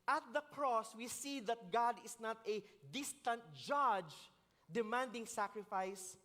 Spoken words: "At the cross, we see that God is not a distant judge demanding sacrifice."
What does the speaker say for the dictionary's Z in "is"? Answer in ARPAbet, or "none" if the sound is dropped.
S